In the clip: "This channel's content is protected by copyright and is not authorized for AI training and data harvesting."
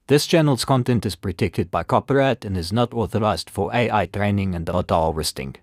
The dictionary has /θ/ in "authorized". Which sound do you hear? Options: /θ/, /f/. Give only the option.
/θ/